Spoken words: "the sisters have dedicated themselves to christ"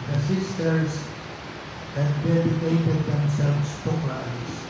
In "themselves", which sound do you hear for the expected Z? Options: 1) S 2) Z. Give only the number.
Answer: 1